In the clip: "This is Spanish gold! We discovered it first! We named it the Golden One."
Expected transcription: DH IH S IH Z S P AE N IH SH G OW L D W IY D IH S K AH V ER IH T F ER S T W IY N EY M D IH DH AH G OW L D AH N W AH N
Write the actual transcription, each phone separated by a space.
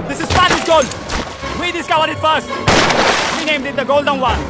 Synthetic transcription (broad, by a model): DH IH S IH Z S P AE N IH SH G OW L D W IY D IH S K AH V ER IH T F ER S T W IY N EY M D IH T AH G OW L D AH N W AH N